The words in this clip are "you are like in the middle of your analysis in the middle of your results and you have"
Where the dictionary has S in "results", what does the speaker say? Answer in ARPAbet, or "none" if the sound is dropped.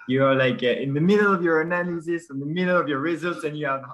S